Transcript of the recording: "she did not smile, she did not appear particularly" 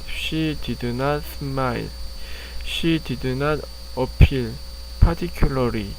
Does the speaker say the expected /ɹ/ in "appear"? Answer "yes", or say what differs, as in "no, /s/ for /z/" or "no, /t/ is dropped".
no, /l/ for /ɹ/